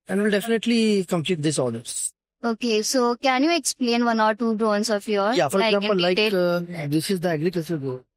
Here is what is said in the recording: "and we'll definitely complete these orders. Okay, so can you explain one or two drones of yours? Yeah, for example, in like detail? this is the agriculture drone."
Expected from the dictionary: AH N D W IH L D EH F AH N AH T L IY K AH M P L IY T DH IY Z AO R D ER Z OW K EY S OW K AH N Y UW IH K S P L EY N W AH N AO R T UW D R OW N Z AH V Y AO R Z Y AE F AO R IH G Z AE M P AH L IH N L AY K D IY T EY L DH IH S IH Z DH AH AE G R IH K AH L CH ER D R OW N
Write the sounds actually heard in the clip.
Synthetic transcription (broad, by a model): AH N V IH L D EH F AH N AH T L IY K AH M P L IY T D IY S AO L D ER S OW K EY S OW K AH N Y UW IH K S P L EY N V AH N AO R T UW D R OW N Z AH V Y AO R Y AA F AO R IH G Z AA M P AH L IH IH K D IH S IH Z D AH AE G R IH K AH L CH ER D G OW